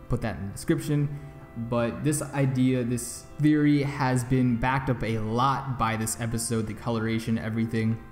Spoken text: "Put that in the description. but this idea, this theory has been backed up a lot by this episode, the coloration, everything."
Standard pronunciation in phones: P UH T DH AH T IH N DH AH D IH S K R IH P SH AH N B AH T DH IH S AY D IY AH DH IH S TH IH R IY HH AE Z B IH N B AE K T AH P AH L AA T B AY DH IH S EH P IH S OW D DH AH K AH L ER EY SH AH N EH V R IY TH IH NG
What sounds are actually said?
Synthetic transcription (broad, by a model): P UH T DH AH T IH N D IH S K R IH P SH AH N B AH T DH IH S AY D IY AH DH IH S TH IH R IY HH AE Z B IH N B AE K T AH P AH L AA T B AY DH IH S EH P IH S OW D DH AH K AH L ER EY SH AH N EH V R IY TH IH NG